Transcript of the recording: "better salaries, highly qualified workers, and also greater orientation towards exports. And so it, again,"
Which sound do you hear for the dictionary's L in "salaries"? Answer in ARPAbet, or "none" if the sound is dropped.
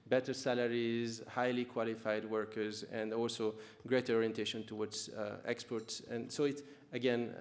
L